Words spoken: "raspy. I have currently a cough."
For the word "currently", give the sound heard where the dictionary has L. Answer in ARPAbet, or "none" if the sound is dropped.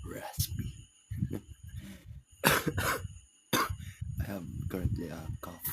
L